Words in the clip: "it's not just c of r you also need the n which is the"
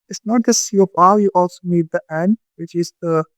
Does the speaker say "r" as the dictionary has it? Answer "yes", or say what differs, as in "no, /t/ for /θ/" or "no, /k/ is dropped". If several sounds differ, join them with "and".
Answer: no, /l/ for /ɹ/